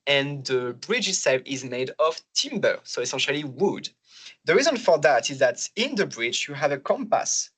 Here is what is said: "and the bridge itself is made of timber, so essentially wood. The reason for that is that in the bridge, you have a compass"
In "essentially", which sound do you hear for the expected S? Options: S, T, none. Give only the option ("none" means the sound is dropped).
S